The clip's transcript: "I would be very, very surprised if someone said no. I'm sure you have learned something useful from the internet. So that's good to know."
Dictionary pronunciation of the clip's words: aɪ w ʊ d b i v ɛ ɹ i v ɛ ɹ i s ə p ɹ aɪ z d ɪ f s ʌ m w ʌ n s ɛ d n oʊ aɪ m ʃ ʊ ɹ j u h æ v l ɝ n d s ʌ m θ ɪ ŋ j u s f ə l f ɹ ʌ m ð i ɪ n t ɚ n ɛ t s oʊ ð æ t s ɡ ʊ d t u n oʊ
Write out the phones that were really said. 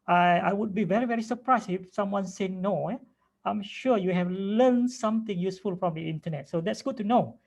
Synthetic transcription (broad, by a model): aɪ w ʊ d b i v ɛ ɹ i v ɛ ɹ i s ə p ɹ aɪ s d ɪ f s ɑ m w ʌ n s ɛ n oʊ aɪ m ʃ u j u h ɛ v l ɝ n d s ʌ m t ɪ ŋ j u s f ə l f ɹ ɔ m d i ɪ n t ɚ n ɛ t s oʊ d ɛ t s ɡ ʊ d t u n oʊ